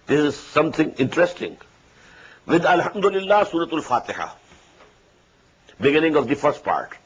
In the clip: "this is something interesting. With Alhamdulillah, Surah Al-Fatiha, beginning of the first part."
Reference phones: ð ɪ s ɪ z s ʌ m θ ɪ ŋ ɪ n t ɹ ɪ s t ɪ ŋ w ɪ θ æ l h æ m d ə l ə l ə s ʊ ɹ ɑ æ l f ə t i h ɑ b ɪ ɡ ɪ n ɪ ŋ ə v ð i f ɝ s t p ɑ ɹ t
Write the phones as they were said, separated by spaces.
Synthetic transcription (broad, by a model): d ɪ s ɪ z s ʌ m t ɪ ŋ ɪ n t ɹ ɪ s t ɪ ŋ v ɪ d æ l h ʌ m d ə l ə l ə s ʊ ɹ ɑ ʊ l f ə t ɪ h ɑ b ɪ ɡ ɪ n ɪ ŋ ə v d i f ɝ s t p ɑ ɹ t